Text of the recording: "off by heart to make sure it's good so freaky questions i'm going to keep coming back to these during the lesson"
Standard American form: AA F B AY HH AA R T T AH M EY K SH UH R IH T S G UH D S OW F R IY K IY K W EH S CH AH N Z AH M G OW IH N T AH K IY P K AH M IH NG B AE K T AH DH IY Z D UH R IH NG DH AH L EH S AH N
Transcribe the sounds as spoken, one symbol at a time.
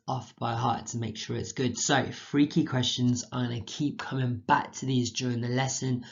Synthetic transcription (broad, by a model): AA F B AY HH AA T T AH M EY K SH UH R IH T S G UH D S OW F R IY K IY K W EH S CH AH N Z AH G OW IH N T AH K IY P K AH M IH NG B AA K T AH DH IY Z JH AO R IH NG DH AH L EH S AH N